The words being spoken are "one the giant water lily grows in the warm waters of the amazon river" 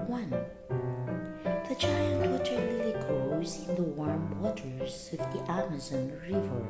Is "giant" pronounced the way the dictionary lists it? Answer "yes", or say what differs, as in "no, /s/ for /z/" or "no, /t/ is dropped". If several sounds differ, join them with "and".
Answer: no, /tʃ/ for /dʒ/